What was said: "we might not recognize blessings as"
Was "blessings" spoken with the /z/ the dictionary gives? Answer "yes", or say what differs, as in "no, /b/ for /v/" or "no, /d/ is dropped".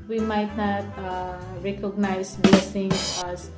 no, /z/ is dropped